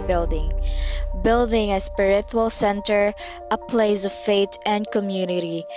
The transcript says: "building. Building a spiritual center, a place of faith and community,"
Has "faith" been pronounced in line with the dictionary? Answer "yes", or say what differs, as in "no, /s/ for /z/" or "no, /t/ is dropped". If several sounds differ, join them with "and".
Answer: no, /t/ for /θ/